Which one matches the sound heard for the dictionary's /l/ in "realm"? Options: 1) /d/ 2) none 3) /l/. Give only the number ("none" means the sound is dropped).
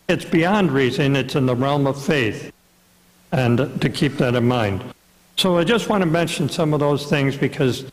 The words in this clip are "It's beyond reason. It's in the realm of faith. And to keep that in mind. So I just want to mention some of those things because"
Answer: 3